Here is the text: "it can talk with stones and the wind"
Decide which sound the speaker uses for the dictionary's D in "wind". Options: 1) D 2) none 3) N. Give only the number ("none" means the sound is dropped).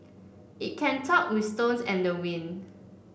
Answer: 2